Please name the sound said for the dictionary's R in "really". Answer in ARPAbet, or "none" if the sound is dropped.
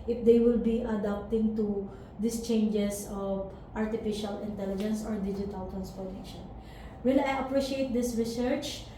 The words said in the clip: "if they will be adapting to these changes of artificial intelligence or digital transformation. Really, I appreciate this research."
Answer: W